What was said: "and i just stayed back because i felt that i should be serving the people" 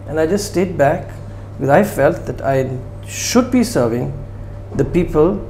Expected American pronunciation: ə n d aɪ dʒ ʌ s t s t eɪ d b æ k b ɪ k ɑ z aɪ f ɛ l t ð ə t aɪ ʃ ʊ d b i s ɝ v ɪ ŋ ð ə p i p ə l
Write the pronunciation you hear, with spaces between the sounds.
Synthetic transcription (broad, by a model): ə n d aɪ dʒ ʌ s t s t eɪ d b æ k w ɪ ɑ ɪ f ɛ l t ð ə t aɪ ʃ ʊ d b i s ɝ v ɪ ŋ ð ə p i p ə l